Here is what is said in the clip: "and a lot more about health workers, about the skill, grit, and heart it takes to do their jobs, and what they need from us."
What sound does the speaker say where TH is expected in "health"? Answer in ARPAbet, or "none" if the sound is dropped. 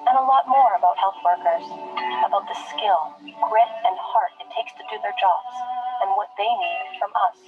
TH